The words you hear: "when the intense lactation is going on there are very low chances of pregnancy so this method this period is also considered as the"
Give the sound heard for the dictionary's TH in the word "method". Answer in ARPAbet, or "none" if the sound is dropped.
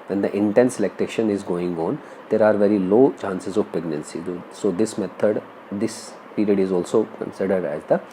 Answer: T